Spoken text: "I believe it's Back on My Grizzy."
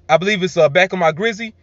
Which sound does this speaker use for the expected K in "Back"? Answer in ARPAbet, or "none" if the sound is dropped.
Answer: K